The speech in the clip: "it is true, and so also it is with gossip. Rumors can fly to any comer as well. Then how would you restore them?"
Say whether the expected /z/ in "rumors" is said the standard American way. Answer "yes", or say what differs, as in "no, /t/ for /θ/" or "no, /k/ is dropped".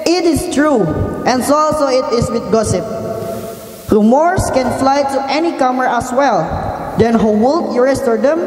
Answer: no, /s/ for /z/